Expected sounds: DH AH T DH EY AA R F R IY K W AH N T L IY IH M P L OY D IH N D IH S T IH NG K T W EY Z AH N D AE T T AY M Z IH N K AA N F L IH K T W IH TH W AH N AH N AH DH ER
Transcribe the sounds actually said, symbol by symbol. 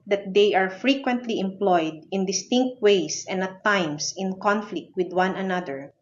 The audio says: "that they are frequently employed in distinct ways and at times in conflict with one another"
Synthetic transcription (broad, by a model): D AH T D EY AA R F R IY K W AH N T L IY IH M P L OY D IH N D IH S T IH NG K T W EY S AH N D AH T T AY M S IH N K AA N F L IH K T W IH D W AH N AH N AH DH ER